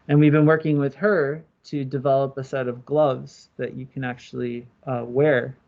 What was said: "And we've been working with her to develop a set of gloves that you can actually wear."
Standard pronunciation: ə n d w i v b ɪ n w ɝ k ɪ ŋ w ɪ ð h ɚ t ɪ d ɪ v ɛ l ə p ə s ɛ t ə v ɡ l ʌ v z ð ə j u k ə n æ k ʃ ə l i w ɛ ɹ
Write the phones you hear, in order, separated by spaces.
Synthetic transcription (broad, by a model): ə n w i v b ɪ n w ɝ k ɪ ŋ w ɪ ð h ɚ t ɪ d ɪ v ɛ l ə p ə s ɛ t ə v ɡ l ʌ v z ð ə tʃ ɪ k ə n æ k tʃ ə l i w ɛ ɹ